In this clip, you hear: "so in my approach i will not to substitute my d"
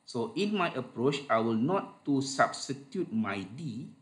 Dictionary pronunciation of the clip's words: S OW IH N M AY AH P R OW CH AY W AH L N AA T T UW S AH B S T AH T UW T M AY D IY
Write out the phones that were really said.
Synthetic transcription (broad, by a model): S OW IH N M AY AH P R OW CH AY W AH L N AA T T UW S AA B S T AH T UW T M AY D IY